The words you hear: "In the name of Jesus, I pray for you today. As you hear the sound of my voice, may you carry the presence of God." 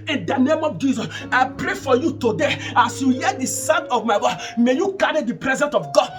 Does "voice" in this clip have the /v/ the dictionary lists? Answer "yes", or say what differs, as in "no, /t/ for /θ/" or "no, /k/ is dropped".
no, /w/ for /v/